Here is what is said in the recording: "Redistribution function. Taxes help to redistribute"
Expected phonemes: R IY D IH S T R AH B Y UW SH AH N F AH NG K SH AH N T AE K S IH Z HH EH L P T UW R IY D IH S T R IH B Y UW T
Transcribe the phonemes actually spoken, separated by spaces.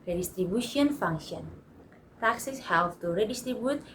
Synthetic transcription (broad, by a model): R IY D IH S T R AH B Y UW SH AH N F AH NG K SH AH N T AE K S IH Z HH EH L F T UW R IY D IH S T R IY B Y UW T